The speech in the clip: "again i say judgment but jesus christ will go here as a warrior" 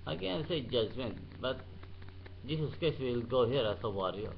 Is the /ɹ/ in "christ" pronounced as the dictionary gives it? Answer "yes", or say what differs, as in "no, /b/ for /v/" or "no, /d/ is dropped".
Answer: no, /ɹ/ is dropped